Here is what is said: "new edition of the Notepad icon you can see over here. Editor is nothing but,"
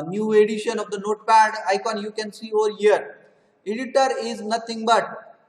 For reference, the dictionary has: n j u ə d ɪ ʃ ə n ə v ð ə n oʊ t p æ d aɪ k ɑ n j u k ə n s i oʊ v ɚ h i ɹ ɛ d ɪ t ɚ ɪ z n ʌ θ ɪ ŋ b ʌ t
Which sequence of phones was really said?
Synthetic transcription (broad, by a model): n j u ə d ɪ ʃ ə n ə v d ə n oʊ t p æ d aɪ k ɑ n j u k ə n s i oʊ v ɚ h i ɹ ɛ d ɪ t ɚ ɪ z n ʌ t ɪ ŋ b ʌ t